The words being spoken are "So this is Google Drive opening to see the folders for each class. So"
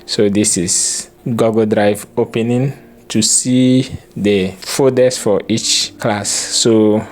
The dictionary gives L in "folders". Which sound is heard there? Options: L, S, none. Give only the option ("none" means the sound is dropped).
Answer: none